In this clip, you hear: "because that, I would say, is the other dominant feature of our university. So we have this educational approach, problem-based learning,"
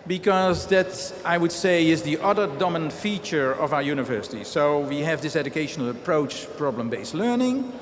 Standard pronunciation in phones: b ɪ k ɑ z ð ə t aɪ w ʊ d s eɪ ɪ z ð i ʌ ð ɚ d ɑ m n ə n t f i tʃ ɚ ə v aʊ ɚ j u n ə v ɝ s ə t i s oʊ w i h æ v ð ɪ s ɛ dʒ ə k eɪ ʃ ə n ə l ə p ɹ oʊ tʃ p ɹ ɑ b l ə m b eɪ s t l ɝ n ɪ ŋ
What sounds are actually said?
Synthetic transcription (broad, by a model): b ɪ k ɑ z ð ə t aɪ w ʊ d s eɪ ɪ z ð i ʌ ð ɚ d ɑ m ə n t f i tʃ ɚ ə v aʊ ɚ j u n ə v ɝ s ə t i s oʊ w i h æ v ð ɪ s ɛ dʒ ə k eɪ ʃ ə n ə l ə p ɹ oʊ tʃ p ɹ ɑ b l ə m b eɪ s t l ɝ n ɪ ŋ